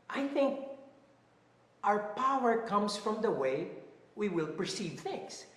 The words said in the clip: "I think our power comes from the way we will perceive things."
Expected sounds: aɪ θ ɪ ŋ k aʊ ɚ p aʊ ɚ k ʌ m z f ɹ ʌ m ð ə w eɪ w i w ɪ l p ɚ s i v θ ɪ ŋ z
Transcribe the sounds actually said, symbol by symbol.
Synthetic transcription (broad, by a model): aɪ θ ɪ ŋ k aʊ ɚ p aʊ ɚ k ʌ m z f ɹ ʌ m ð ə w eɪ w i w ɪ l p ɚ s i v θ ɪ ŋ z